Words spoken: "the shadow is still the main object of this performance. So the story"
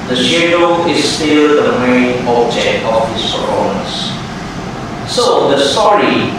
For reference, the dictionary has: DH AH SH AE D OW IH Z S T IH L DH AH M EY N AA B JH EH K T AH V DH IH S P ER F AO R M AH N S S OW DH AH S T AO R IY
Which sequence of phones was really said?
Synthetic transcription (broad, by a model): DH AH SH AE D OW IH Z S T IH L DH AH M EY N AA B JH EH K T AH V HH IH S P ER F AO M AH S S OW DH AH S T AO R IY